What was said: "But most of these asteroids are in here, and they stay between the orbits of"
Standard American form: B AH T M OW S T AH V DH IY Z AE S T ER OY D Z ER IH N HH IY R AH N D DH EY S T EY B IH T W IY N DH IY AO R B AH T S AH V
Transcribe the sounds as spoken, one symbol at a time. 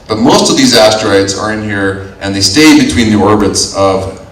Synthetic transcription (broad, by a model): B AH T M OW S T AH V DH IY Z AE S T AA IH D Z ER IH N HH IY R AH N DH EY S T EY B IH T W IY N DH IY AO R B AH T S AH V